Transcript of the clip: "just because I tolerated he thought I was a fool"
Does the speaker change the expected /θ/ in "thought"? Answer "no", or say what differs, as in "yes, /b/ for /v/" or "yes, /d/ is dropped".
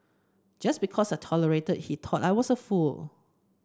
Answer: yes, /t/ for /θ/